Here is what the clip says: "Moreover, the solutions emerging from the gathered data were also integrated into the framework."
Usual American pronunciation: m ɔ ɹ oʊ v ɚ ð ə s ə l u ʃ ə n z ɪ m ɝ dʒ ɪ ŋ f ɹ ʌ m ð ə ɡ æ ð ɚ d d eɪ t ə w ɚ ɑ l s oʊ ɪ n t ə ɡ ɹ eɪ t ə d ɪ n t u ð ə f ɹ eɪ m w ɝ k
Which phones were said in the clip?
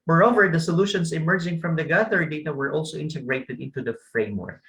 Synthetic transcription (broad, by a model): m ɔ ɹ oʊ v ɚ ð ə s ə l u ʃ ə n s ɪ m ɝ dʒ ɪ ŋ f ɹ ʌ m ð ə ɡ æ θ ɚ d d eɪ t ə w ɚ ɑ l s oʊ ɪ n t ə ɡ ɹ eɪ t ə d ɪ n t u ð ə f ɹ eɪ m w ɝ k